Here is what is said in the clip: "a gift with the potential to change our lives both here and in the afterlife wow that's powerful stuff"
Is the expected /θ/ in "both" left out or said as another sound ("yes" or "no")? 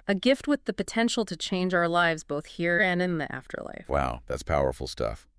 no